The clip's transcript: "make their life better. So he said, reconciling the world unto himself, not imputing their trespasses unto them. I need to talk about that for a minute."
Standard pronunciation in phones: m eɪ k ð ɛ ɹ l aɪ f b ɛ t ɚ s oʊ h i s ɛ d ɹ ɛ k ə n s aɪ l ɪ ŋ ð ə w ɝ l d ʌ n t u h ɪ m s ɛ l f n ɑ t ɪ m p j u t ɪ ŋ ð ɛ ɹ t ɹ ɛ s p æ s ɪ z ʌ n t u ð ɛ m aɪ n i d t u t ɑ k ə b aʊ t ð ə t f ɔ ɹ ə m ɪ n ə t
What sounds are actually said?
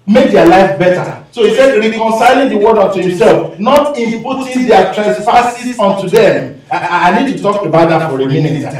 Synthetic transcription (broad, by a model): m eɪ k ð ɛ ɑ l aɪ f b ɛ t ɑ s oʊ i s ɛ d ɹ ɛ k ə n s aɪ l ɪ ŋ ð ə w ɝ d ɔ n t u h ɪ m s ɛ l f n ɑ t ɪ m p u t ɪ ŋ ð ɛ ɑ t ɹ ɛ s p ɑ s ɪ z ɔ n t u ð ɛ m aɪ n i d t u t ɑ k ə b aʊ t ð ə t f ɔ ɹ ə m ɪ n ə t